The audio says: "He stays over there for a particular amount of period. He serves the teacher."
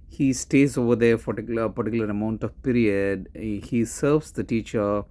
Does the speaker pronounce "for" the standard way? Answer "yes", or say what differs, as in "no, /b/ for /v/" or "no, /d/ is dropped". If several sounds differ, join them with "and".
no, /l/ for /ɹ/